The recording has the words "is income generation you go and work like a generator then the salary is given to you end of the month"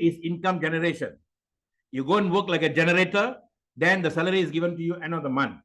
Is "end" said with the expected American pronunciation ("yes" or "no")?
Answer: no